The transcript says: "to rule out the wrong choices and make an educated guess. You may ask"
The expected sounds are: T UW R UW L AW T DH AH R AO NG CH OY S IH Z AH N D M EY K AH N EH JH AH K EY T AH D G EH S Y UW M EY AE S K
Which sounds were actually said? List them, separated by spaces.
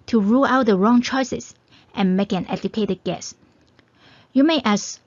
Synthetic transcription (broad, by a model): T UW R UW L AW T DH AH R AO NG CH OY S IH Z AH N M EY K AH N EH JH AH K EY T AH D G EH S Y UW M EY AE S